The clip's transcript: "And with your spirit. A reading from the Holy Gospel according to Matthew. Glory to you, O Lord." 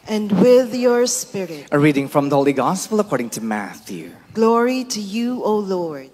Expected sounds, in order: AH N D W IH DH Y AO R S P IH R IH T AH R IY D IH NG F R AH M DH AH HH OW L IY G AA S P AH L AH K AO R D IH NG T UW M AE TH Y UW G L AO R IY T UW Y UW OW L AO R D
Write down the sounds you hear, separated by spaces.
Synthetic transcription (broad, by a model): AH N D W IH DH Y AO R S P IH R IH T AH R IY D IH NG F R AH M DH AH HH OW L IY G AA S P AH L AH K AO R D IH NG T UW M AE TH Y UW G L AO R IY T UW Y UW OW L AO R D